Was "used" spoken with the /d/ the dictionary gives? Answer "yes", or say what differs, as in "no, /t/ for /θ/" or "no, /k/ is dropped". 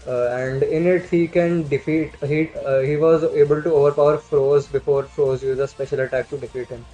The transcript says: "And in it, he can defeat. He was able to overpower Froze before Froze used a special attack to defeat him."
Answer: no, /d/ is dropped